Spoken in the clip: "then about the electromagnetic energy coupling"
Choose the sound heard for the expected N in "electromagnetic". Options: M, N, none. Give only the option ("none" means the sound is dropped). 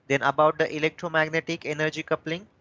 N